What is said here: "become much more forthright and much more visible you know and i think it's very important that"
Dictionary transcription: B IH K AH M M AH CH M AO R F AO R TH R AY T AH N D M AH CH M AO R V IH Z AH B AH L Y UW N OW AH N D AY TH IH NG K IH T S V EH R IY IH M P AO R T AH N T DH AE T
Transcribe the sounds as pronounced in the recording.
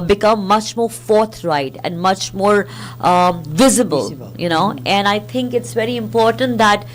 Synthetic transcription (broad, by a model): B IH K AH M M AH CH M AO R F AO R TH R AY T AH N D M AH CH M AO R V IH Z AH B AH L Y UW N OW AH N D AY T IH NG K IH T S V EH R IY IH M P AO R T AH N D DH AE T